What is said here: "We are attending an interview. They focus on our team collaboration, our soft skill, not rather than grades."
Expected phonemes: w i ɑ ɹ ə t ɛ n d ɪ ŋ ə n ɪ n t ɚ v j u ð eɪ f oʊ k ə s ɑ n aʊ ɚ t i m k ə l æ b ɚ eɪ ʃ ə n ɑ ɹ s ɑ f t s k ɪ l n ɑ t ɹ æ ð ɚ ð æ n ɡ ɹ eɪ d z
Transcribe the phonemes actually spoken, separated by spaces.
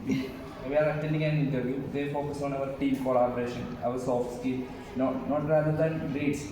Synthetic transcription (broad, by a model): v i ɑ ɹ ə t ɛ n d ɪ ŋ ə n ɪ n t ɚ v j u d eɪ f oʊ k ə s ɑ n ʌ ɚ t i m k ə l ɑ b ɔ eɪ ʃ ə n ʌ ɹ s ɑ f t s k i n n ɑ t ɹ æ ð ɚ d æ n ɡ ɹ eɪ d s